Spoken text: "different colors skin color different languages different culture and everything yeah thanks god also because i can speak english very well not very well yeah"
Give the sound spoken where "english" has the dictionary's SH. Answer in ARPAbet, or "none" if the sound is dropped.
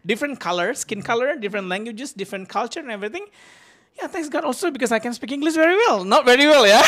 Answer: S